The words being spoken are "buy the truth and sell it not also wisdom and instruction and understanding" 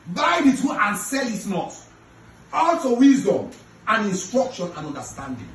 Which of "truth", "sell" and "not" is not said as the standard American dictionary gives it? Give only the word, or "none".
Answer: truth